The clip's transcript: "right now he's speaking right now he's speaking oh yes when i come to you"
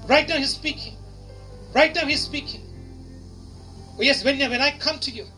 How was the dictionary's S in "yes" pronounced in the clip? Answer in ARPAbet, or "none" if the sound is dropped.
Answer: S